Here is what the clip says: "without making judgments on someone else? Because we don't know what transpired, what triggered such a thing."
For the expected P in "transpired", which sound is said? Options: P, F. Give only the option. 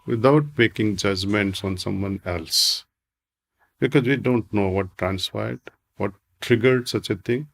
F